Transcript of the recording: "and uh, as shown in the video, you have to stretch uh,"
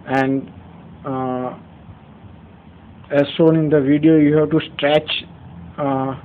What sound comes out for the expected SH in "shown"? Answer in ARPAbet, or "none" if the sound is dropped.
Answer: S